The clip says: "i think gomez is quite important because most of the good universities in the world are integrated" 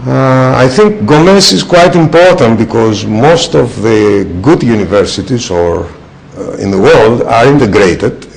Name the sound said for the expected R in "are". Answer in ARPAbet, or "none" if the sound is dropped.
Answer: R